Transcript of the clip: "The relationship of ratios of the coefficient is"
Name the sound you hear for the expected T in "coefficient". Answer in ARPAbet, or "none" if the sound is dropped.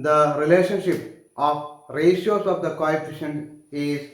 none